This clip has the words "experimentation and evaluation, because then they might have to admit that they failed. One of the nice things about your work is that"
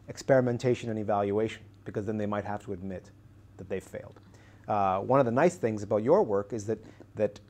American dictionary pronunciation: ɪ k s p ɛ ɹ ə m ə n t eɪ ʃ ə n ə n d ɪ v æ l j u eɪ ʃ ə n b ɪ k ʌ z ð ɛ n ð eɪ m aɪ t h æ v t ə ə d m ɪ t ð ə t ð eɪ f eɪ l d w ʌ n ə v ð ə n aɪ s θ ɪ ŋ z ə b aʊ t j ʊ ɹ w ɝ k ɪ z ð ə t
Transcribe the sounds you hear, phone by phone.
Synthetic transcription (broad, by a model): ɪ k s p ɛ ɹ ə m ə n t eɪ ʃ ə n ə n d ɪ v æ l j u eɪ ʃ ə n b ɪ k ʌ z ð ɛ n ð eɪ m aɪ t h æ f t ə ə d m ɪ t ð ə t ð eɪ f eɪ l d w ʌ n ə v ð ə n aɪ s θ ɪ ŋ z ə b aʊ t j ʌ ɹ w ɝ k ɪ z ð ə t